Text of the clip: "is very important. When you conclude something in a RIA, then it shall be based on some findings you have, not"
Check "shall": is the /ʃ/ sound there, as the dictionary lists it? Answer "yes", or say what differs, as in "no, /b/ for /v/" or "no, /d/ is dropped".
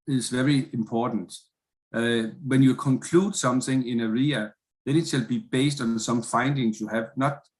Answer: no, /s/ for /ʃ/